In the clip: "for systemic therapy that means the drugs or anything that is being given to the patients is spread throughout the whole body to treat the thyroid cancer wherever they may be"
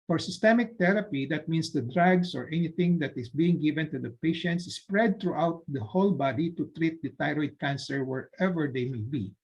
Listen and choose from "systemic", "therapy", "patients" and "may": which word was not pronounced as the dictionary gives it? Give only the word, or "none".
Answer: therapy